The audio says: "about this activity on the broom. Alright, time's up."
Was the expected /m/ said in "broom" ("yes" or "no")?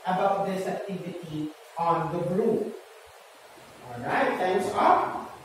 no